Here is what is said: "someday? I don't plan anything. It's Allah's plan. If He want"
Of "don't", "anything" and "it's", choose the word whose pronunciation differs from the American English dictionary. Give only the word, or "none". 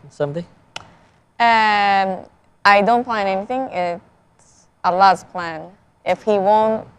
none